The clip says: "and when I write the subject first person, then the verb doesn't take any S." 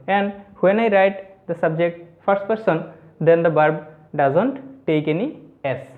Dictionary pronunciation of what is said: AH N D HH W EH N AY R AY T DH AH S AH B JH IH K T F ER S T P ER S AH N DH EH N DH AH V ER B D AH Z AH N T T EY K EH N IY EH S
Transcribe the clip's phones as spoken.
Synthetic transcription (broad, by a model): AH N D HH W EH N AY R AY T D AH S AH B JH IH K T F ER S T P ER S AH N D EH N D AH B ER B D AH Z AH N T T EY K EH N IY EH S